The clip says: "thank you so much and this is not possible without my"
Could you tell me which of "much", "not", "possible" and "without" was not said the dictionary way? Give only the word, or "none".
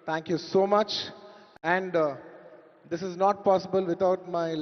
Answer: without